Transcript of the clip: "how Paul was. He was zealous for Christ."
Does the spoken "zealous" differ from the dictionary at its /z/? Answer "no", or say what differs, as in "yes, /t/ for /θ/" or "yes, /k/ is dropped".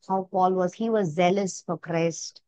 no